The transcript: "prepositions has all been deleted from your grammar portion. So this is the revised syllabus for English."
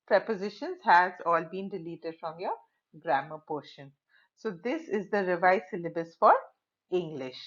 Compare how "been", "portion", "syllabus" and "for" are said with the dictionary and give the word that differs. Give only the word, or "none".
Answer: none